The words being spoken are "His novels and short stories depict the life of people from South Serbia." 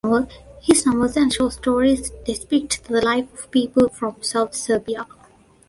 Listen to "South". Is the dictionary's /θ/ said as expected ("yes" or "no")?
no